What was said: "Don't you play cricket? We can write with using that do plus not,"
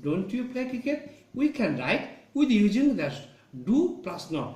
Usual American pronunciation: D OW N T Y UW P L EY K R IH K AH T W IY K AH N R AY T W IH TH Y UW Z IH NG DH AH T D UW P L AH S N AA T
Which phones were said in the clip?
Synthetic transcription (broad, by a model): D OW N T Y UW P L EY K IH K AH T W IY K AH N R AY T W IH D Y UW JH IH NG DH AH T D UW P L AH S N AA